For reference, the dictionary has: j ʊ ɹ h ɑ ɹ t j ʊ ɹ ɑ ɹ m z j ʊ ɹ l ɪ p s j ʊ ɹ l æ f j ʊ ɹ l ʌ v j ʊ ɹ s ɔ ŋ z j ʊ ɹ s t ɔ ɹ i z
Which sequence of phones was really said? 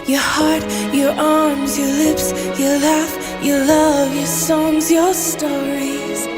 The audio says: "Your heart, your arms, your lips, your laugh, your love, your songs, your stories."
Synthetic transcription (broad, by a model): j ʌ ɹ h ɑ ɹ t j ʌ ɹ ɑ ɹ m z j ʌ ɹ l ɪ p s j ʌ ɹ l æ f j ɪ l ʌ v j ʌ ɹ s ɔ ŋ z j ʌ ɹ s t ɔ ɹ i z